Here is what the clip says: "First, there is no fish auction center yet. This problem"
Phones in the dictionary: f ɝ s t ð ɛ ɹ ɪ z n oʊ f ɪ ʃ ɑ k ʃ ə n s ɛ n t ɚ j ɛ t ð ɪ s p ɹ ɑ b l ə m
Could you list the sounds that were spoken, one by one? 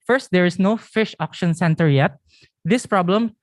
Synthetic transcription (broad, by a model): f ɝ s t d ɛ ɹ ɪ s n oʊ f ɪ ʃ ɑ k ʃ ə n s ɛ n t ɚ j ɛ t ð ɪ s p ɹ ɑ b l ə m